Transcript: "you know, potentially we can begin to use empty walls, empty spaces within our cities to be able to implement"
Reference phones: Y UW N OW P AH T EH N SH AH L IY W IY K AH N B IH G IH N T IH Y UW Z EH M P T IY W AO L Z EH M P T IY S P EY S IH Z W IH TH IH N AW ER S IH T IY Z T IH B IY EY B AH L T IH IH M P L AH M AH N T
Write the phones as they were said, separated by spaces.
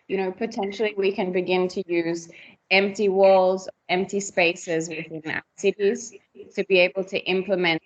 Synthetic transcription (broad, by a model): Y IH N OW P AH T EH N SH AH L IY W IY K AH N B IH G IH N T IH Y UW Z EH M P T IY W AO L Z EH M P T IY S P EY S IH Z W IH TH IH N AW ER S IH T IY Z T IH B IY EY B AH L T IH IH M P L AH M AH N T